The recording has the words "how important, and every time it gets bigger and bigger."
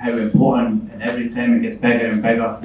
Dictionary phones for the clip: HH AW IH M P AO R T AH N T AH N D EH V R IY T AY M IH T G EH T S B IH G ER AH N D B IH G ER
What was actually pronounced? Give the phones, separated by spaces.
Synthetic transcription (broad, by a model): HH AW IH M P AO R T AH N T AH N EH V R IY T AY M IH T G EH T S B IH G ER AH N B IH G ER